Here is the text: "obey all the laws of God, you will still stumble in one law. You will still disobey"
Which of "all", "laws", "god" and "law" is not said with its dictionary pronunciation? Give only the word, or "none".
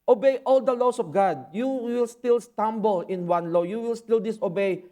laws